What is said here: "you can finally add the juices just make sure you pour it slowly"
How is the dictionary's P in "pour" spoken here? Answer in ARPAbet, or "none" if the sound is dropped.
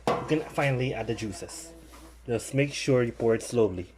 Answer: P